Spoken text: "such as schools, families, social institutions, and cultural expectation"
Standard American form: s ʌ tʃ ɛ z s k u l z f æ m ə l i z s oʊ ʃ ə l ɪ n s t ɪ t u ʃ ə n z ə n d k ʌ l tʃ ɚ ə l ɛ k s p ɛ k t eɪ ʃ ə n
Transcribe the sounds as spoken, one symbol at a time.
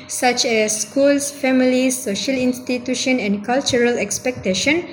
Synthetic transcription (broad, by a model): s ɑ tʃ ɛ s k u l s f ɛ m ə l i s oʊ ʃ ə l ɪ n s t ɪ t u ʃ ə n ə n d k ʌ l tʃ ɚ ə l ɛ k s p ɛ k t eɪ ʃ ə n